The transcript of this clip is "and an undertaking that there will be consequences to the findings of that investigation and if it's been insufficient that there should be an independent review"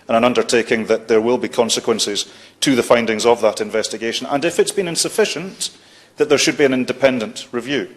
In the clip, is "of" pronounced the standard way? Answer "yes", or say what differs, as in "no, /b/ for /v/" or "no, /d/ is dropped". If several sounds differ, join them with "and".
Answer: yes